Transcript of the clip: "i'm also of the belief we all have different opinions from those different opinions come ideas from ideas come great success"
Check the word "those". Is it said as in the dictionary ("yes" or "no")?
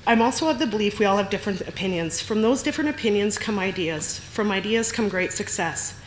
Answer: yes